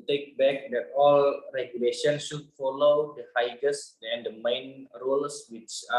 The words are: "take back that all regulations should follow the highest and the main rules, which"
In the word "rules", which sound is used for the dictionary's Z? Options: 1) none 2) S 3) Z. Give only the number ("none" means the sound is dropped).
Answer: 2